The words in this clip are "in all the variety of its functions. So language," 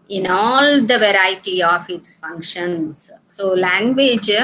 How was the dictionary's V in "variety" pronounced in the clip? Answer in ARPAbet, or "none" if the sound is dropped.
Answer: V